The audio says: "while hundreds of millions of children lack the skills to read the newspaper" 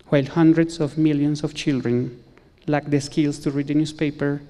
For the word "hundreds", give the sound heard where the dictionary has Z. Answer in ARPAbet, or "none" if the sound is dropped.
S